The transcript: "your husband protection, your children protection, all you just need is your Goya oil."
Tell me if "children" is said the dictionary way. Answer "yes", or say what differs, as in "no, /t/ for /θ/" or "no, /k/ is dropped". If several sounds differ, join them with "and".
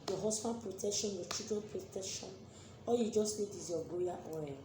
no, /l/ is dropped